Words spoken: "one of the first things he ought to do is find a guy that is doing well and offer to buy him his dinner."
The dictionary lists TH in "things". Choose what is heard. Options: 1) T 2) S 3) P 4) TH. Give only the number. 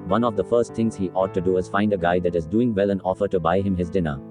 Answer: 1